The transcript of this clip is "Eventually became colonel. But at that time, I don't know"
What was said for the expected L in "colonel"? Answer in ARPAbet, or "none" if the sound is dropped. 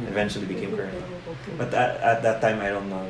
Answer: N